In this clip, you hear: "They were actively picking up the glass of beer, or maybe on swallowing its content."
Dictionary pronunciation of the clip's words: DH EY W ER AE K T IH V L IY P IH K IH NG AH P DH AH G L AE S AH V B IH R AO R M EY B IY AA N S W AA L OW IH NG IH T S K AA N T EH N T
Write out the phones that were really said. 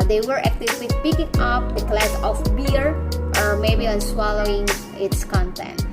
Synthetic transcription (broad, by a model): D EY W ER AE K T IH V W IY P IH K IH NG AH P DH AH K L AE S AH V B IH R AO R M EY B IY AA N S W AA L OW IH NG IH T S K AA N T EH N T